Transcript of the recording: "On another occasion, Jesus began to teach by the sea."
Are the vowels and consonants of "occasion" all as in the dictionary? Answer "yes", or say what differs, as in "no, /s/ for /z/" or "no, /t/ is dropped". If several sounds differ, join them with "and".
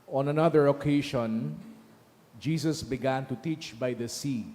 no, /ʃ/ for /ʒ/